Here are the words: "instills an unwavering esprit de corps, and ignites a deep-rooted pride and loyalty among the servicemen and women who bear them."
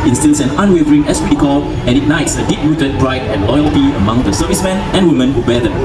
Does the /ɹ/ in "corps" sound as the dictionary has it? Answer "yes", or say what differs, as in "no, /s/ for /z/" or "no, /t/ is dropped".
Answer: no, /l/ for /ɹ/